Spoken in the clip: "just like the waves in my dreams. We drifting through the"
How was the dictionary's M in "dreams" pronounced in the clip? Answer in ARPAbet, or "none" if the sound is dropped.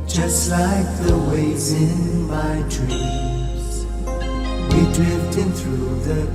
none